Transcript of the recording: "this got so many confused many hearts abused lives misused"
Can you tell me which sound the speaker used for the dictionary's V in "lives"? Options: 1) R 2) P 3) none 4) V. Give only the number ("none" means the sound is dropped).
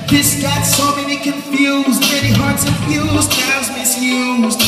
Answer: 3